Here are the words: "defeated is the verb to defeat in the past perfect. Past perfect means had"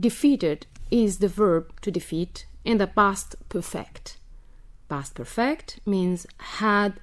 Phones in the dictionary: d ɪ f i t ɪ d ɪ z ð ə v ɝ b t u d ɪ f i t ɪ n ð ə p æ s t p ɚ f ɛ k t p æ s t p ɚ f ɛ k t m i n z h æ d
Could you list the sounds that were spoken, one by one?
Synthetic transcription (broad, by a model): d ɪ f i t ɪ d ɪ z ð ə v ɝ b t u d ɪ f i t ɪ n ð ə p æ s t p ɚ f ɛ k t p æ s t p ɚ f ɛ k t m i n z h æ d